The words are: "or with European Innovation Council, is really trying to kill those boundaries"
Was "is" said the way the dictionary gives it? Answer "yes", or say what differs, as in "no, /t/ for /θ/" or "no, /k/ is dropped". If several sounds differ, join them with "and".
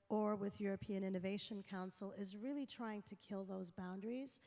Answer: yes